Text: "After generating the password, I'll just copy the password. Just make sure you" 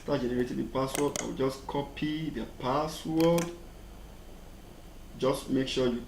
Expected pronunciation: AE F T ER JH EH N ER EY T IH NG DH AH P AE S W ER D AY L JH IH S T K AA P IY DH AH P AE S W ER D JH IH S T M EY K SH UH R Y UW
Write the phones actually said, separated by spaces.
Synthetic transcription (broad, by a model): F T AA JH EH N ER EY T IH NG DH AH P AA S W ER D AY W JH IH S K AA P IY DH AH P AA S W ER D JH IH S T M EY K SH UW Y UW